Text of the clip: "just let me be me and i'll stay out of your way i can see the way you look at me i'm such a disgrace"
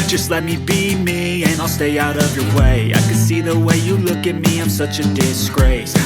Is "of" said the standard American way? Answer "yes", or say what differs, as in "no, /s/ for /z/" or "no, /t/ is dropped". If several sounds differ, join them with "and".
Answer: yes